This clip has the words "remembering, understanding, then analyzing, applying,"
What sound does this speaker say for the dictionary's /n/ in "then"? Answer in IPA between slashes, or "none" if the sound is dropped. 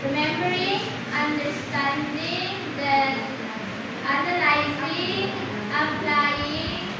none